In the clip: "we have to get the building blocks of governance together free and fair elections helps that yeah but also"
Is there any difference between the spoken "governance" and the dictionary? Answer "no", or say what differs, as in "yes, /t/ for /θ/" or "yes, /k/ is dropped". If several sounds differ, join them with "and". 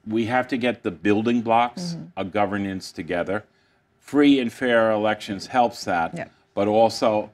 no